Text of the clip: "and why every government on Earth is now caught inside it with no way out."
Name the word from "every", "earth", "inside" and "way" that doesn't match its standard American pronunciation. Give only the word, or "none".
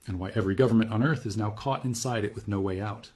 none